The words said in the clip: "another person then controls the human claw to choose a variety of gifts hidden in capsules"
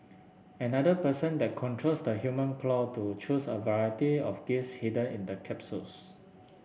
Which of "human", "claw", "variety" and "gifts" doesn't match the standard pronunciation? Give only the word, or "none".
gifts